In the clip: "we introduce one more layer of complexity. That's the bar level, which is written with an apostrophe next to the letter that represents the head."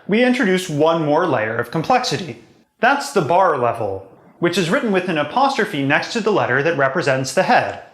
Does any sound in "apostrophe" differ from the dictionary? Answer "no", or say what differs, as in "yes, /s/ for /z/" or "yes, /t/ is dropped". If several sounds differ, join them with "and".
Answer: no